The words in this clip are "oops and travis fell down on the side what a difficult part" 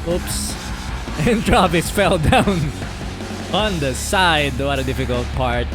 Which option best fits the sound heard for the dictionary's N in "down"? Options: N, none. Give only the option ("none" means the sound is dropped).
N